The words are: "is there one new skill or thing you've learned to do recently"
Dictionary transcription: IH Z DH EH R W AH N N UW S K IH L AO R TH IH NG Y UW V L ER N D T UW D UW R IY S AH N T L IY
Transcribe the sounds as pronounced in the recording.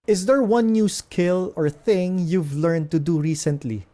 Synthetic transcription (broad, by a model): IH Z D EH R W AH N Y UW S K IH L AO R TH IH NG Y UW V L ER N D T UW D UW R IY S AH N T L IY